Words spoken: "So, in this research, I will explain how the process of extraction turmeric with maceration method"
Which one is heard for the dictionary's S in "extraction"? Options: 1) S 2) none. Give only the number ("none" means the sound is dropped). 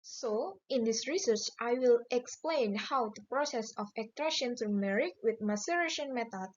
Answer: 2